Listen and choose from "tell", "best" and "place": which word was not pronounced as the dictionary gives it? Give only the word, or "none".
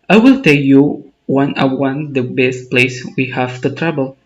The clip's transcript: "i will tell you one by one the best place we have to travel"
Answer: none